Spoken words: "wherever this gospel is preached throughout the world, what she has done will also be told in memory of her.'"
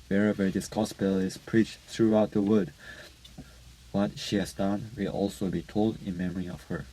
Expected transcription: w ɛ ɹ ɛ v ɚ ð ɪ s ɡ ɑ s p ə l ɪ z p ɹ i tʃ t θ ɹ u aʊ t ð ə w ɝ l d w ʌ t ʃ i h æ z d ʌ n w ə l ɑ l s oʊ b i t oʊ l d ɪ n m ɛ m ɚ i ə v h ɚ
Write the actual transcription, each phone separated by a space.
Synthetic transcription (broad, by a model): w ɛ ɹ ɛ v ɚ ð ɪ s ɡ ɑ s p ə l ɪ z p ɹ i tʃ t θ ɹ u aʊ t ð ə w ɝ d w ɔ t ʃ i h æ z d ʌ n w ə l ɑ l s oʊ b i t oʊ l d ɪ n m ɛ m ɚ i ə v h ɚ